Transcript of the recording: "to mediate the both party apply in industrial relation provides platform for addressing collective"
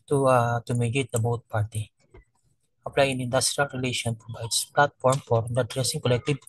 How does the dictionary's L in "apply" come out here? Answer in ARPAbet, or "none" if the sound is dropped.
L